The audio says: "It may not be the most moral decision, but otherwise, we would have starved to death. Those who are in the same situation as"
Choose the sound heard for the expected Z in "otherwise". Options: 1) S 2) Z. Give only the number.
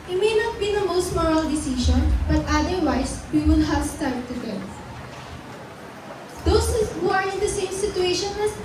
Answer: 1